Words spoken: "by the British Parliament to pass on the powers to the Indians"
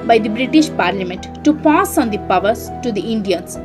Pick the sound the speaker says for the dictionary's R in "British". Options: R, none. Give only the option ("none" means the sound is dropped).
R